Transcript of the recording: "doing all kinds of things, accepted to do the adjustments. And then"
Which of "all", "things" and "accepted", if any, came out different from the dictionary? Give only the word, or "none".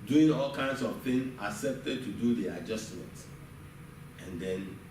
things